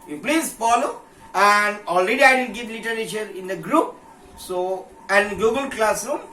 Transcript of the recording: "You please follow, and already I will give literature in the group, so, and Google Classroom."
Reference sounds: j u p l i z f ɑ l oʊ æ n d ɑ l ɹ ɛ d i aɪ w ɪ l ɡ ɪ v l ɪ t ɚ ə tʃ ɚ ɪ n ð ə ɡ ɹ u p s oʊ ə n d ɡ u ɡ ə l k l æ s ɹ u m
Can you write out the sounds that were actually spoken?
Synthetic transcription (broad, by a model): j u p l i z f ɑ l oʊ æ n d ɑ l ɹ ɛ d i aɪ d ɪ n ɡ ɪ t l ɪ t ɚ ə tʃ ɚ ɪ n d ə ɡ ɹ u p s oʊ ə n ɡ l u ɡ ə l k l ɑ s ɹ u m